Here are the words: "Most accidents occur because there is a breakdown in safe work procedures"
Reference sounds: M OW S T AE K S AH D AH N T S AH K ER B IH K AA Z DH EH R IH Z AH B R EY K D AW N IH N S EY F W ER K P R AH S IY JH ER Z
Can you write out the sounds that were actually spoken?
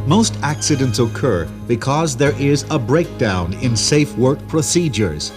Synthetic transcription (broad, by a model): M OW S T AE K S AH D AH N T S AH K ER B IH K AA Z DH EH R IH Z AH B R EY K D AW N IH N S EY F W ER K P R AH S IY JH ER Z